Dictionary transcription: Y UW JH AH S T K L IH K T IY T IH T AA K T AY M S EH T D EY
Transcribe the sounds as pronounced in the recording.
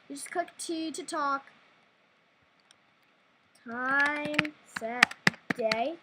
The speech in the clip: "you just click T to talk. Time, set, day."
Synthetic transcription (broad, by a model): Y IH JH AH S K UH K T IY T IH T AA K T AY M S EH T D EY